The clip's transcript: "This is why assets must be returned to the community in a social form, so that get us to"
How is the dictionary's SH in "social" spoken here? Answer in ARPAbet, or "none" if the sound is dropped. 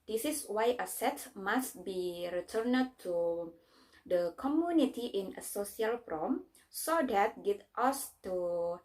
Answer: S